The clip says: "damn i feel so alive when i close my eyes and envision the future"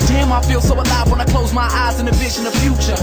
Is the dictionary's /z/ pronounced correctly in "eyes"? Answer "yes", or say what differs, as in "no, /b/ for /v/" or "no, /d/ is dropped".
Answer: yes